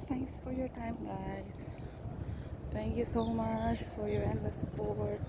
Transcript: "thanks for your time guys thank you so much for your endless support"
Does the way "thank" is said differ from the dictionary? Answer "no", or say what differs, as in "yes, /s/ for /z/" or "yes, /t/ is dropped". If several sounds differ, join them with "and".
yes, /t/ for /θ/